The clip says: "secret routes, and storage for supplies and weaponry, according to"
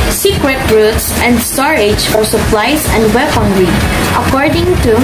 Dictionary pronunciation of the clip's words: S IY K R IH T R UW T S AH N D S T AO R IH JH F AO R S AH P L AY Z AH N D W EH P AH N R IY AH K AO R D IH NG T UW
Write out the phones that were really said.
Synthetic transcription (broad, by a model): S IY K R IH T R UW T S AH N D S T AO R IH JH F AO R S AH P L AY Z AH N D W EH F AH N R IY AH K AO R D IH NG T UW